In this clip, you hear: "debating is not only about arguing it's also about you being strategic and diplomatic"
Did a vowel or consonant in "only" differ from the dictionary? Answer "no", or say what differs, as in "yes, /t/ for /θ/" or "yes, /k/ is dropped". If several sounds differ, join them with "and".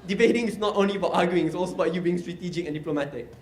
no